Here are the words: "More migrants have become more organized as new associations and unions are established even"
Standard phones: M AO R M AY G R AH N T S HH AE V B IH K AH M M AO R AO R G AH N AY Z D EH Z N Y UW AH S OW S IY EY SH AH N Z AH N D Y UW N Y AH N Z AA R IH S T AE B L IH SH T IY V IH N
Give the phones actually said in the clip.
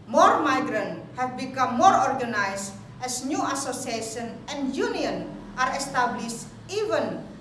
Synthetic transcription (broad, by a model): M AO R M AY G R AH N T HH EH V B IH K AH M M AO R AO R G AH N AY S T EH S N Y UW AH S OW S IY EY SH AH N AH N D Y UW N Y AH N AA R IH S T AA B L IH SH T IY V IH N